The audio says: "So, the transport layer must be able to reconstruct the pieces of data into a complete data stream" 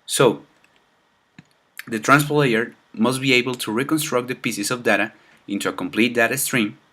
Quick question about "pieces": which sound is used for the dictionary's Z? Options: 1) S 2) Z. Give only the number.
1